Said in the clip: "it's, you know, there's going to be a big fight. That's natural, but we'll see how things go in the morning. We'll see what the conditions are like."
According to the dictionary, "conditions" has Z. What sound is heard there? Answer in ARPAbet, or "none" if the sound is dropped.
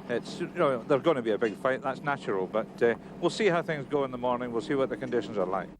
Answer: Z